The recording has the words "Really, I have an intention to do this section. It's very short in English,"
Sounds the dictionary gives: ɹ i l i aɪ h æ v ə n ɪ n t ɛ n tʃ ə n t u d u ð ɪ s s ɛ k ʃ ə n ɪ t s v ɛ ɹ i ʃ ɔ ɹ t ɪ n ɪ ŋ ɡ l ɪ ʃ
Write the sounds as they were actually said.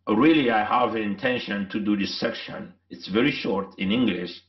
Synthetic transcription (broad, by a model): ɹ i l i aɪ h æ v ə n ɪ n t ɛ n ʃ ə n t u d u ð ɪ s s ɛ k ʃ ə n ɪ t s v ɛ ɹ i ʃ ɔ ɹ t ɪ n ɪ ŋ ɡ l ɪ ʃ